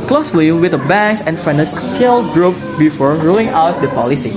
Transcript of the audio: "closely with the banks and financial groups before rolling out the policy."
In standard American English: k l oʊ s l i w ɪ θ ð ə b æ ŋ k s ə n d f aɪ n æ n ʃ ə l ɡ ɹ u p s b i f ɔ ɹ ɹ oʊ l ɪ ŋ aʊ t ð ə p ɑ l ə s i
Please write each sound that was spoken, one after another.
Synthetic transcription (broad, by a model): k l oʊ s l i w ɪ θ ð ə b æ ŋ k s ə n f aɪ n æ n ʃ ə l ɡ ɹ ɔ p b i f ɔ ɹ ɹ oʊ l ɪ ŋ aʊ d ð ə p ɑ l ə s i